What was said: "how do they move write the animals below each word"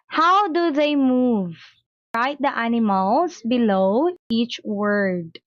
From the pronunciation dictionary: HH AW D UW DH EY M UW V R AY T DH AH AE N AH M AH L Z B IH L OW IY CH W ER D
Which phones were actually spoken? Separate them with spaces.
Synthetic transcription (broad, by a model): HH AW D UW DH EY M UW V R AY T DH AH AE N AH M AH L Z B IH L OW IY CH W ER D